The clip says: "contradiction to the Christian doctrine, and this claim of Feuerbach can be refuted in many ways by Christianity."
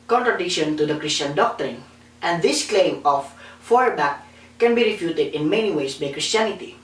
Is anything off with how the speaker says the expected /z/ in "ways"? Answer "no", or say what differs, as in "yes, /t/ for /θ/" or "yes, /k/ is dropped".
yes, /s/ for /z/